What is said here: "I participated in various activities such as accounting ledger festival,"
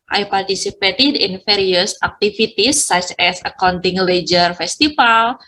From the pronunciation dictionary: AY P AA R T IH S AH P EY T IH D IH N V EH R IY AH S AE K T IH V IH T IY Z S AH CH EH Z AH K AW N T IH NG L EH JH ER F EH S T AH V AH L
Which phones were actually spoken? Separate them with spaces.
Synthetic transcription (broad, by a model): AY P AA R T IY S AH P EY T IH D IH N F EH R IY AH S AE K T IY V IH T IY S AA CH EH S AH K AW N T IH NG L EH JH ER F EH S T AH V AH L